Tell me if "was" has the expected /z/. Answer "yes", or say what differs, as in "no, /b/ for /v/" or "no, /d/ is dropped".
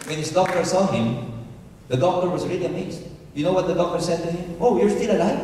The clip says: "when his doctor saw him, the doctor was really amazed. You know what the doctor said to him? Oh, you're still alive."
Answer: yes